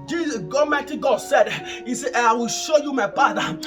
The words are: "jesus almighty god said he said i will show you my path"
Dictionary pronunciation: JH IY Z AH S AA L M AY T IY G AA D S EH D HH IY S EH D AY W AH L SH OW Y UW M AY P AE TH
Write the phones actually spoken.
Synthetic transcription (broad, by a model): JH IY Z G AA M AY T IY G AA D S EH D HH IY S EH AY W AH L SH OW Y UW M AY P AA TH